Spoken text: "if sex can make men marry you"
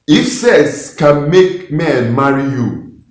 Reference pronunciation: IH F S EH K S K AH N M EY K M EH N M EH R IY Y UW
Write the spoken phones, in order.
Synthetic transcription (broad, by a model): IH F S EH S K AH N M EY K M EH N M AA R IY Y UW